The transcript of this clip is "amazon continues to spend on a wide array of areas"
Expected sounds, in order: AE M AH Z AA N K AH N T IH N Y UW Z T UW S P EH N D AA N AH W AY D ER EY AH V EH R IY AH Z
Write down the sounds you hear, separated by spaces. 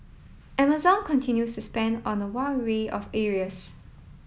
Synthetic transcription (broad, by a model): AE M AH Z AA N K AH N T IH N Y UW S T UW S P EH N D AA N AH W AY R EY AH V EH R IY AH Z